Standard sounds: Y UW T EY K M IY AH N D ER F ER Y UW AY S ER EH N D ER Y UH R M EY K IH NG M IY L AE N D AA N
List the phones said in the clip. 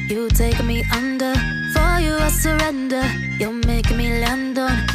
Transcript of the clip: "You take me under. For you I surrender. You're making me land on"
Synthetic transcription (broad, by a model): Y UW T EY K M IY AH N D ER F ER Y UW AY S ER EH N D ER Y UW L M EY IH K M IY L AE N D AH